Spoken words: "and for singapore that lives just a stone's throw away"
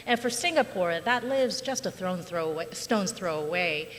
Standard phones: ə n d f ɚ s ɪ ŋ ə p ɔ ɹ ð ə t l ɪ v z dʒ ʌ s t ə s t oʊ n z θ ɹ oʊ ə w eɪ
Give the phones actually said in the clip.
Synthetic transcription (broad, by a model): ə n f ɚ s ɪ ŋ ə p ɔ ɹ ð ə t l ɪ v z dʒ ʌ s t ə s t oʊ n z θ ɹ oʊ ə w eɪ